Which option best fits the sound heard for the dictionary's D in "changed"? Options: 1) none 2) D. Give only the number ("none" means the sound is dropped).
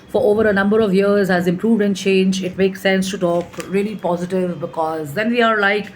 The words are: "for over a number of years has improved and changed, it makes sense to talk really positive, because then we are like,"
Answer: 1